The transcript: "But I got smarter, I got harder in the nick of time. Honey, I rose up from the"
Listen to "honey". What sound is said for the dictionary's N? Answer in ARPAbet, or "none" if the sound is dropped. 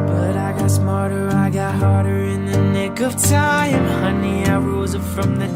N